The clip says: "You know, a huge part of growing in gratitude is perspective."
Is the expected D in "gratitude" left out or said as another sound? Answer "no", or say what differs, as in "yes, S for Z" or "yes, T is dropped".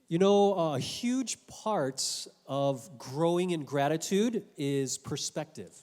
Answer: no